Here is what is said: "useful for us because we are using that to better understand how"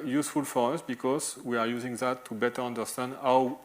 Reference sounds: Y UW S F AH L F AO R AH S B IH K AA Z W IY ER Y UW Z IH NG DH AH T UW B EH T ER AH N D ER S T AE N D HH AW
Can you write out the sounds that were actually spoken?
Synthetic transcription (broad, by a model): Y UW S F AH L F AO R AH S B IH K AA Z W IY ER Y UW Z IH NG DH AH T UW B EH T ER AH N D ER S T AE N D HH AW